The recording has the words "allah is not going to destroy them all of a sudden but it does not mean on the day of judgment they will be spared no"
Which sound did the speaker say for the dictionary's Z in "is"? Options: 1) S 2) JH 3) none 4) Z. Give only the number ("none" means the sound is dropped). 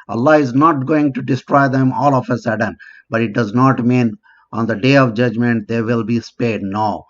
4